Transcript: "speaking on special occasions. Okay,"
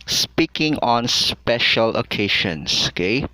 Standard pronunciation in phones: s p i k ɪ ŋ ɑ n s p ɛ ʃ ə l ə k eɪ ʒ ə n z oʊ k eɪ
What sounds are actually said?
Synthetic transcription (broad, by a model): s p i k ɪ ŋ ɑ n s p ɛ ʃ ə l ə k eɪ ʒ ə n s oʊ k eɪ